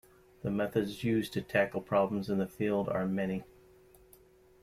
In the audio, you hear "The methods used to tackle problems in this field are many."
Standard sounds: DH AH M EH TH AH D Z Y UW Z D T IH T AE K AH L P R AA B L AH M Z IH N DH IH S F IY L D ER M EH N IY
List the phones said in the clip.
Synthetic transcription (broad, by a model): DH AH M EH TH AH D Z Y UW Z T IH T AE K L P R AA B L AH M Z IH N DH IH F IY L D ER M EH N IY